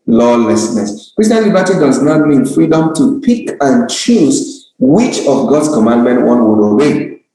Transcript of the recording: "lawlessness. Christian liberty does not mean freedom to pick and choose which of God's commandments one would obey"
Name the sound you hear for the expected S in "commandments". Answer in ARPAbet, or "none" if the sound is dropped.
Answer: none